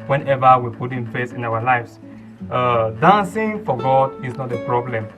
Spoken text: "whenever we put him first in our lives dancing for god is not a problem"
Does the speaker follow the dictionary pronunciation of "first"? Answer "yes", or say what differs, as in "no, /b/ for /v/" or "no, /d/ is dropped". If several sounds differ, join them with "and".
no, /t/ is dropped